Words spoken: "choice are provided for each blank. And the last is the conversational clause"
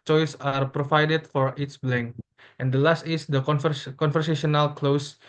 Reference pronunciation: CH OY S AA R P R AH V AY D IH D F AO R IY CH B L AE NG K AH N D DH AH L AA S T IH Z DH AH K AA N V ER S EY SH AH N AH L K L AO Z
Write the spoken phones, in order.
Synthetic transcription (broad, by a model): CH OY S AA R P R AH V AY D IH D F AO R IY S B L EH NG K AH N D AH L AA S T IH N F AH K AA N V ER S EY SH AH N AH L K L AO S